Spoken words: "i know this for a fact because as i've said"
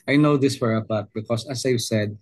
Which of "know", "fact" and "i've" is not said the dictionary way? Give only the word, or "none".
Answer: fact